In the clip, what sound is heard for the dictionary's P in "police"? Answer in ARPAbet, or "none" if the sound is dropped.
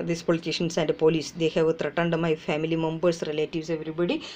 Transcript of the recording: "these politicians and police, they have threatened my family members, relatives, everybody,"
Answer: P